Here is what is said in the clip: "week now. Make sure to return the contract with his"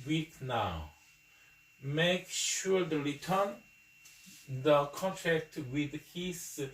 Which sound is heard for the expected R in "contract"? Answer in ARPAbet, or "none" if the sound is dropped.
none